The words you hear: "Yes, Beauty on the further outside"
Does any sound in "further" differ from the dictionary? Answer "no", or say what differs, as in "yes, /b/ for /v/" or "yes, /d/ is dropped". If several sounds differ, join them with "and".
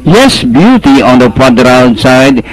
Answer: yes, /p/ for /f/